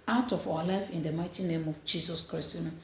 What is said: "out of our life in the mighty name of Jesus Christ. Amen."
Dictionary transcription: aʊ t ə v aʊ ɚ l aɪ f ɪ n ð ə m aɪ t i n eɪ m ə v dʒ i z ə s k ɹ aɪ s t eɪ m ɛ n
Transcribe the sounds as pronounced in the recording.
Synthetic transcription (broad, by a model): aʊ t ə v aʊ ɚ l aɪ f ɪ n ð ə m aɪ t i n eɪ m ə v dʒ i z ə s k ɹ aɪ s t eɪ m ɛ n